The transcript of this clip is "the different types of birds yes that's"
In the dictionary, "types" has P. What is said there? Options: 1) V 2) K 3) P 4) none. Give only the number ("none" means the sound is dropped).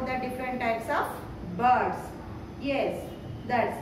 3